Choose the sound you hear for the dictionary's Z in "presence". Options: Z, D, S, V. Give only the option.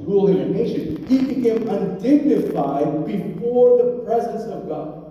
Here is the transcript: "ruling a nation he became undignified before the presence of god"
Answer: Z